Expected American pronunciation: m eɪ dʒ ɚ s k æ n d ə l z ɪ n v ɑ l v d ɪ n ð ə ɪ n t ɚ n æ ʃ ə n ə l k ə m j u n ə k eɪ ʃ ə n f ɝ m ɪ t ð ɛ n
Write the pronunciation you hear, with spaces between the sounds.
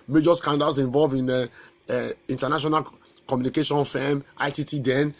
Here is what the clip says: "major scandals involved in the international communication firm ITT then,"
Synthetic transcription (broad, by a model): m eɪ dʒ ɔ s k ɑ n d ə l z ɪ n v ɑ l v ɪ n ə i n t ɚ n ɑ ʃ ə n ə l k ə m j u n ə k eɪ ʃ ə n f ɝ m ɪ t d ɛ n